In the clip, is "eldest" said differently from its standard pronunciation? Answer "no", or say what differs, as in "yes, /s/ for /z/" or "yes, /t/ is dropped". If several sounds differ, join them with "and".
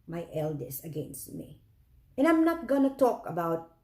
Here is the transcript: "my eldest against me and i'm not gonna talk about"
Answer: yes, /t/ is dropped